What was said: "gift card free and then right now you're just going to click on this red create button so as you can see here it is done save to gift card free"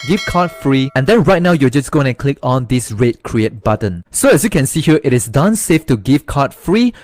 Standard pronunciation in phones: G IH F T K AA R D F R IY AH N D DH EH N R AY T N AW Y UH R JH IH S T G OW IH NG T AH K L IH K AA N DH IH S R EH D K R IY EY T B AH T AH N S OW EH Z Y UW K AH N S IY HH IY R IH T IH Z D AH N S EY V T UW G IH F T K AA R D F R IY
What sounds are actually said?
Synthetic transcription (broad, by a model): G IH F K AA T F R IY AH N D EH N R AY T N AW Y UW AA JH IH S G OW IH NG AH K L IH K AA N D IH S R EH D K R IY EY T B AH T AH N S OW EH S Y UW K AH N S IY HH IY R IH T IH S D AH N S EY F T UW G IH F K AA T F R IY